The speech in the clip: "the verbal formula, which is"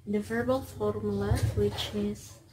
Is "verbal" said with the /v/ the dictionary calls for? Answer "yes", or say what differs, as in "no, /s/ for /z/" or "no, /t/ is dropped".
yes